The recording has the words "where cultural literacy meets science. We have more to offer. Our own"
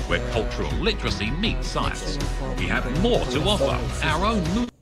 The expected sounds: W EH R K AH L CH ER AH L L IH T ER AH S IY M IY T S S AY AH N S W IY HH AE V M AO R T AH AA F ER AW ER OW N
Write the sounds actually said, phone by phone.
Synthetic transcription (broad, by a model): W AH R K AH L CH ER AH L L IH T ER AH S IY M IY T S S AY AH N S W IY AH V M AO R T AH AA F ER AW ER OW N